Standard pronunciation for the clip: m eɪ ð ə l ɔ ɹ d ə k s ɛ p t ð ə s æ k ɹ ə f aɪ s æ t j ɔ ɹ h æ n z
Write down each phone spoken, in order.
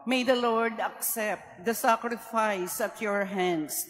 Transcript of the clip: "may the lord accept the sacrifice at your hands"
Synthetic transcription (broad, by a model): m eɪ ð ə l ɔ ɹ d ə k s ɛ p t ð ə s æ k ɹ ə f aɪ s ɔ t j ɔ ɹ h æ n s